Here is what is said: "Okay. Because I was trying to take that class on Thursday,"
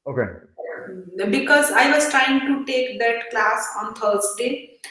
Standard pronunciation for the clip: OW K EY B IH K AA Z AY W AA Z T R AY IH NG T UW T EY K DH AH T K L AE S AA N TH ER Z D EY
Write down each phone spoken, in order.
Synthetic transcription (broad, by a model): OW K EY B IH K AA Z AY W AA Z T R AY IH NG T UW T EY K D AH T K L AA S AA N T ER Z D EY